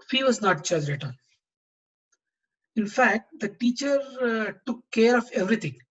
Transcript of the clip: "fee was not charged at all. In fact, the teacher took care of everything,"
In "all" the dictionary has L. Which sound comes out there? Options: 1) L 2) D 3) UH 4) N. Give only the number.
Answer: 4